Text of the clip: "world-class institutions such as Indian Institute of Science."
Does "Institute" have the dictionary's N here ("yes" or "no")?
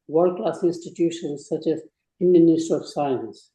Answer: no